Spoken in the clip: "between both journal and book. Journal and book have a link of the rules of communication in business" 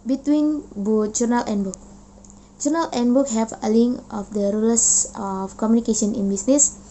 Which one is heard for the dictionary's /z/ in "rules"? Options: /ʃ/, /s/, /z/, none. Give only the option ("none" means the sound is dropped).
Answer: none